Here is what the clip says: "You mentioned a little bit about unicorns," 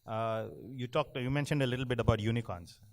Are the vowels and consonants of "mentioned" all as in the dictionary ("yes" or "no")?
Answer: yes